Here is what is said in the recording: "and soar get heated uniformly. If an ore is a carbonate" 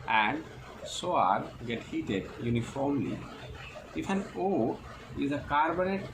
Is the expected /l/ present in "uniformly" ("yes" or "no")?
yes